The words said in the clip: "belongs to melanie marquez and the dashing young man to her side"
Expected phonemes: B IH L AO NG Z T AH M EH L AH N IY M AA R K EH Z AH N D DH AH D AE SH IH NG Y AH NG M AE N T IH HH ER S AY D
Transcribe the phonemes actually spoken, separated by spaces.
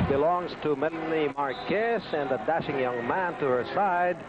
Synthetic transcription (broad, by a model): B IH L AO NG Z T AH M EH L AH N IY M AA R K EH S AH N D DH AH D AE SH IH NG Y AH NG M AE N T IH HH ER S AY D